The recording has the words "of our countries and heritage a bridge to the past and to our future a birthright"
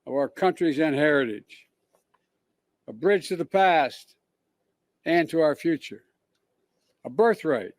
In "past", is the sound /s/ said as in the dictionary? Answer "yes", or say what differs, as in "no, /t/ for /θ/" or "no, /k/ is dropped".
yes